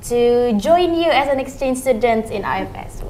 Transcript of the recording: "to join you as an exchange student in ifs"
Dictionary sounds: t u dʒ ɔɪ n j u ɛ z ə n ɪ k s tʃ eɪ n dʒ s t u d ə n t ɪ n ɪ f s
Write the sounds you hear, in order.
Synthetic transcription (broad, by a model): t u dʒ ɔɪ n j u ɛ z ə n ɪ k s tʃ eɪ n dʒ s t u d ə n t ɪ n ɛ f s